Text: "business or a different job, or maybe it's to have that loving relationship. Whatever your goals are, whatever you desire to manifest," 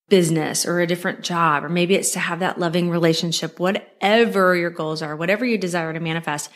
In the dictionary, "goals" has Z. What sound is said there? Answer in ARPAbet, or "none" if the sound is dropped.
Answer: Z